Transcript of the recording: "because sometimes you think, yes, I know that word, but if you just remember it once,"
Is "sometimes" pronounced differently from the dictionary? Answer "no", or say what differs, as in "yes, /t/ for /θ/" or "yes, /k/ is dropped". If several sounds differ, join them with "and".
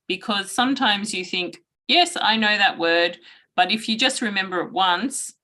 no